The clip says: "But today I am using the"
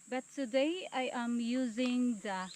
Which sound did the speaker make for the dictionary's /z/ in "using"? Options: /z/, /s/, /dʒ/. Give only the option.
/z/